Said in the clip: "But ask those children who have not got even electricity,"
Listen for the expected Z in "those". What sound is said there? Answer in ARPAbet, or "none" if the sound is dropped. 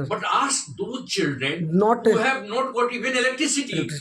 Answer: none